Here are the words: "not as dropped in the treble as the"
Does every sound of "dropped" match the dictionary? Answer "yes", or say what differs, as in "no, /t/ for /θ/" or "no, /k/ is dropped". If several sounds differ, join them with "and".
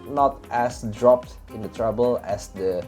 yes